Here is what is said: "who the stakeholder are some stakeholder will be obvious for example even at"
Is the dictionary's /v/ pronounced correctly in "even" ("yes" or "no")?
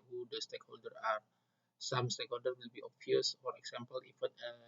no